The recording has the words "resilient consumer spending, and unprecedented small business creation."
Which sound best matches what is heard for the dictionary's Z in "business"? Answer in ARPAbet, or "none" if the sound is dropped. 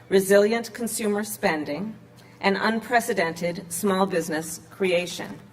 Z